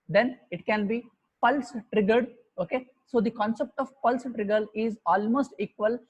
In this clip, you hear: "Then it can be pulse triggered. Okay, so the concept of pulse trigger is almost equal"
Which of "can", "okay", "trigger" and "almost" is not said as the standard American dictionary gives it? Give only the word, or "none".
none